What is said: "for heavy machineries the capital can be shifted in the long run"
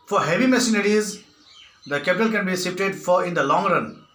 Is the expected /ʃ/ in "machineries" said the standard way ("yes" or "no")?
no